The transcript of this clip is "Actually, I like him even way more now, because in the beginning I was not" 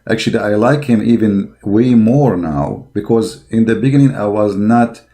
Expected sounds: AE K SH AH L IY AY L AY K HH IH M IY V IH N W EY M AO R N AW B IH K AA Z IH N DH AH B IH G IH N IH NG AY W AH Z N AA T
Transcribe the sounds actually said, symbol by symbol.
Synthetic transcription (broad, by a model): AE K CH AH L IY AY L AY K HH IH M IY V IH N W EY M AO R N AW B IH K AA Z IH N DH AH B IH G IH N IH NG AY W AH Z N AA T